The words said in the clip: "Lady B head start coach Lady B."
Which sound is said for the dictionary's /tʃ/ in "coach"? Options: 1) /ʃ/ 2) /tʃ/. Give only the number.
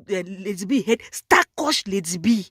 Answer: 1